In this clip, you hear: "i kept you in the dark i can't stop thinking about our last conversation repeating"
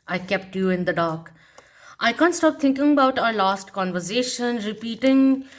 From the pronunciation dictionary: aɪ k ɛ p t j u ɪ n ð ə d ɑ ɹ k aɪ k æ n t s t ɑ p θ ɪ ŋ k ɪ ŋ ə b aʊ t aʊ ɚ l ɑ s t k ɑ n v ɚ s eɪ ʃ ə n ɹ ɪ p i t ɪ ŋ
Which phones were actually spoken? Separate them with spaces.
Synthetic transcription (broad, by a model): aɪ k ɛ p t j u ɪ n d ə d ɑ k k aɪ k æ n t s t ɑ p t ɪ ŋ k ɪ ŋ ə b aʊ t aʊ ɚ l ɑ s t k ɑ n v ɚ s eɪ ʃ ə n ɹ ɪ p i t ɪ ŋ